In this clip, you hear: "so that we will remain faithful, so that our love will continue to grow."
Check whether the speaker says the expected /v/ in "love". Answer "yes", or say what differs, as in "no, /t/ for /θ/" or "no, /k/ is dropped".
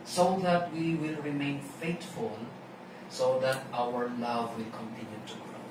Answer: yes